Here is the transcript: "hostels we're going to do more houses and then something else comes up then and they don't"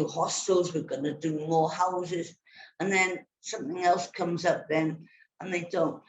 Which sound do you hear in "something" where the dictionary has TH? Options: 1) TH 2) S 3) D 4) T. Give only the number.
1